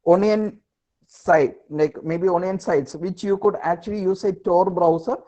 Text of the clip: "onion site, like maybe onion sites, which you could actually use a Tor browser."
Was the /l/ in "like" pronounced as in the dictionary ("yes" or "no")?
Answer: no